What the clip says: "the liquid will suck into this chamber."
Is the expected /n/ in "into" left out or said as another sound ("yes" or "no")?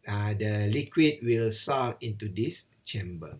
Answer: no